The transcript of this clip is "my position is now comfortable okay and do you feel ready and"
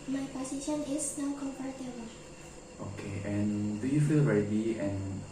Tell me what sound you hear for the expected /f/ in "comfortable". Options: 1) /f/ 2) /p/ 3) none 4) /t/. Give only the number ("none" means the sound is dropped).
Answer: 2